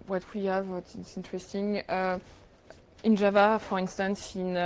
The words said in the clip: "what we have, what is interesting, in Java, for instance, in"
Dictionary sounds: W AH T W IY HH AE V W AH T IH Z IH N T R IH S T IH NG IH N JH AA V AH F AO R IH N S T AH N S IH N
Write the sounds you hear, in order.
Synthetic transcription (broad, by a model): W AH T W IY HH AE V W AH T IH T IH N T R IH S T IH NG IH N JH AA V AH F AO R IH N S T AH N S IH N